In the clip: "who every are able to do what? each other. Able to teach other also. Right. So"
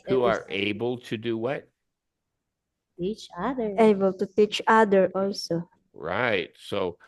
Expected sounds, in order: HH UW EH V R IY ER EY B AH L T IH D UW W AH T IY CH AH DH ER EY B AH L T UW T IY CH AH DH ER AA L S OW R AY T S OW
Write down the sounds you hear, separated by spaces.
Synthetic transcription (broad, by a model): HH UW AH R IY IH B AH L T IH D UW W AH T IY CH AH DH ER EY B AH L T UW T IY CH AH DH ER AA L S OW R AY T S OW